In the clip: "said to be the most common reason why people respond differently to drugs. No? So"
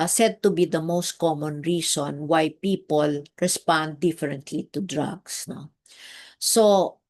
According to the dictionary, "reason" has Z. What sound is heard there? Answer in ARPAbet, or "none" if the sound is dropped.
S